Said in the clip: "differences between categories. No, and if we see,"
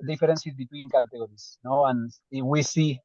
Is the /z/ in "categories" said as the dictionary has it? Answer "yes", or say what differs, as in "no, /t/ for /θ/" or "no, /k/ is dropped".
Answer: no, /s/ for /z/